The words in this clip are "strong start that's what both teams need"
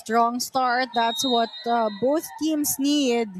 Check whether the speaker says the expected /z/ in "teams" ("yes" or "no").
no